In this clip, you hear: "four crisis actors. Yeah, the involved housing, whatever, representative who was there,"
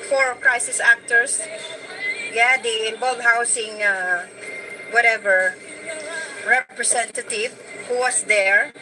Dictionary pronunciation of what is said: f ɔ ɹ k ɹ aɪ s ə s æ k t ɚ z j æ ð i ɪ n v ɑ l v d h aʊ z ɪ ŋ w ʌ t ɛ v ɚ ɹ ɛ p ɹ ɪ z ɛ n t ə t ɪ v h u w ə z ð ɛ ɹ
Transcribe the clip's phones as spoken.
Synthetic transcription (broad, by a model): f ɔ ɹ k ɹ aɪ s ə s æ k t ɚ s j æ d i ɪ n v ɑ l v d h aʊ s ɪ ŋ w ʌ t ɛ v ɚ ɹ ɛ p ɹ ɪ s ɛ n t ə t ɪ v h u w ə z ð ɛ ɹ